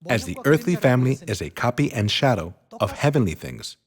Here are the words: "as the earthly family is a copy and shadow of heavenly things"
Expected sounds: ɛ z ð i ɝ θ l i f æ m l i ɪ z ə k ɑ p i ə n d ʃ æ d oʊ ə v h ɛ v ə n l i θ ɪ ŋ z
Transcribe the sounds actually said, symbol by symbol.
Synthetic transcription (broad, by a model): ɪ z ð i ɝ θ l i f æ m l i ɪ z ə k ɑ p i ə n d ʃ æ d oʊ ə v h ɛ v ə n l i θ ɪ ŋ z